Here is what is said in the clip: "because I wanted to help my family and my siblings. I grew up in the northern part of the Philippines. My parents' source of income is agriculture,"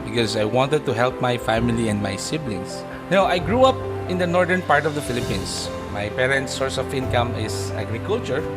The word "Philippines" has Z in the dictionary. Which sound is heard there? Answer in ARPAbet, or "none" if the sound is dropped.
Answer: S